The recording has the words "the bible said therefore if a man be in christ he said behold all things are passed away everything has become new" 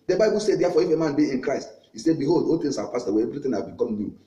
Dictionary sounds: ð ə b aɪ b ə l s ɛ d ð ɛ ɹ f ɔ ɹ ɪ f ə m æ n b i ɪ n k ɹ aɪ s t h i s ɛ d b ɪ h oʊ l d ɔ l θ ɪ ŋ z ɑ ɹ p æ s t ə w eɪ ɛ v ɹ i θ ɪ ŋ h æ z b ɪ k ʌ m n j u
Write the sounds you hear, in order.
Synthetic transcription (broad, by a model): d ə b aɪ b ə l s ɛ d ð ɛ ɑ f ɔ ɪ f ə m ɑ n b i ɪ n k ɹ aɪ s t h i s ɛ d b ɪ h oʊ l d ɔ l t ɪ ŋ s ɑ w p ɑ s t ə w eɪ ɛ v ɹ i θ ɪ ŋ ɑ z b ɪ k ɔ m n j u